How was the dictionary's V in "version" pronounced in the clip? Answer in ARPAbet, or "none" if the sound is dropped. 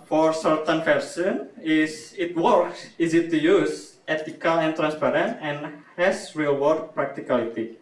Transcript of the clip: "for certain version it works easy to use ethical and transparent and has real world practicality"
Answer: F